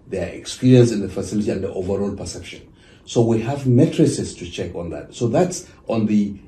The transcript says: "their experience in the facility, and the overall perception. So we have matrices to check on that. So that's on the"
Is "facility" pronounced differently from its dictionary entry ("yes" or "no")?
no